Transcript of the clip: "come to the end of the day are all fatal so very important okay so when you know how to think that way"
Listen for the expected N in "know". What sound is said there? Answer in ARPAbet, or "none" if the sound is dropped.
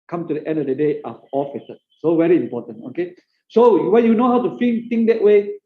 N